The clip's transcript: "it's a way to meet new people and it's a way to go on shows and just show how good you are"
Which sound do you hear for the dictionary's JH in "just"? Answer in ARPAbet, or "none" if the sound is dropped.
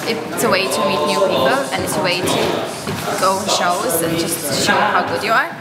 JH